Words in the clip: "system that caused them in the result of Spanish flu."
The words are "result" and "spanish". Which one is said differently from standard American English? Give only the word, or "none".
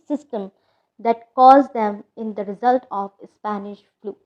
none